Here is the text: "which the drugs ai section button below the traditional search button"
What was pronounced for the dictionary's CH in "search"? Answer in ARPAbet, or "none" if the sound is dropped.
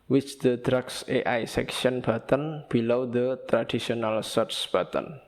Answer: S